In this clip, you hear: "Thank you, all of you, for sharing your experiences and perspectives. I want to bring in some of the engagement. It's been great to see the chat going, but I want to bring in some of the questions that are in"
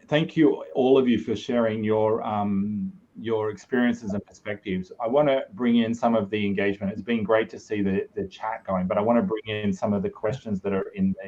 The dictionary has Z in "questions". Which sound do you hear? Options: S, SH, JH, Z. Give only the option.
Z